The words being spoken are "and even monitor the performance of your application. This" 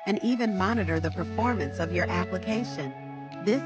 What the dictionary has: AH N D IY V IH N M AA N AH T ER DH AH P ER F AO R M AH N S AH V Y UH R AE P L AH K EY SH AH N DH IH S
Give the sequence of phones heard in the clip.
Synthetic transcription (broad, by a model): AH N IY V IH N M AA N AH T ER DH AH P ER F AO R M AH N S AH V Y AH R AE P L AH K EY SH AH N DH IH S